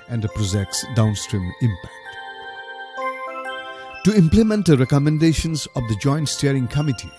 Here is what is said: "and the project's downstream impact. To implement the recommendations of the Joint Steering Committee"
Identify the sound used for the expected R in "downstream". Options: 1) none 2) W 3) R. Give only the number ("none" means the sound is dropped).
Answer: 3